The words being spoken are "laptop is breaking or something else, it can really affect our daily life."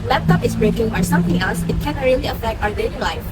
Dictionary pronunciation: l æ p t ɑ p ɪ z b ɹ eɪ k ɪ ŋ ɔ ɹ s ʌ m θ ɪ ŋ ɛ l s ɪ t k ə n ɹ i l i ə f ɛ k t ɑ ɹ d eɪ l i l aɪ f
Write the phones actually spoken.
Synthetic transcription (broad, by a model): l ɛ p t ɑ p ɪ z b ɹ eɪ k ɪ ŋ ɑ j s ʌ m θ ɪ ŋ ɛ l s ɪ t k ə n ɹ i l i ə f ɛ k t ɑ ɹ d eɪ n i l aɪ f